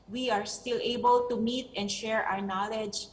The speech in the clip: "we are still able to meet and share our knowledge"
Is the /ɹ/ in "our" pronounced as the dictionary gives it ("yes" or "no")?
yes